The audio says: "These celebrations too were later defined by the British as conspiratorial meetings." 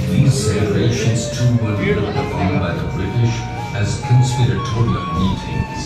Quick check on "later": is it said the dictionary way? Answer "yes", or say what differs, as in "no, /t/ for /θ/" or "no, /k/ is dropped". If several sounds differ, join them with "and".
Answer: no, /n/ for /l/